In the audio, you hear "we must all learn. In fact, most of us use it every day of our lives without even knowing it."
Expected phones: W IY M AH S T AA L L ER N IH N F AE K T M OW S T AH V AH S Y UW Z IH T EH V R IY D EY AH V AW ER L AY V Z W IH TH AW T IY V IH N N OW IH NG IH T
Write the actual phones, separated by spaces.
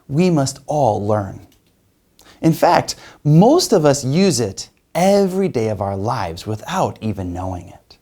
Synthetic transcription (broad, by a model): W IY M AH S T AA L L ER N IH N F AE K T M OW S T AH V AH S Y UW Z IH T EH V R IY D EY AH V AW ER L AY V Z W IH TH AW T IY V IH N N OW IH NG IH T